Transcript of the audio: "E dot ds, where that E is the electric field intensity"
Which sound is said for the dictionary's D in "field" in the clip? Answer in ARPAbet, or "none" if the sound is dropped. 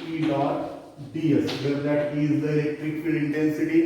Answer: none